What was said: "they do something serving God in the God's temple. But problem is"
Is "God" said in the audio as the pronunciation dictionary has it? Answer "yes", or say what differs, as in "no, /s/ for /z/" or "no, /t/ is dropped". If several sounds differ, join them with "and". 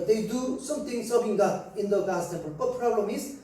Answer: no, /d/ is dropped